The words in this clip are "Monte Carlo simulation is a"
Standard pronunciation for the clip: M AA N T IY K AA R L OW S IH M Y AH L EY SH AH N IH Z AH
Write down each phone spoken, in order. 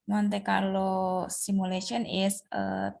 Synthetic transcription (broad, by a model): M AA N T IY K AA R L OW S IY M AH L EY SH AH N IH S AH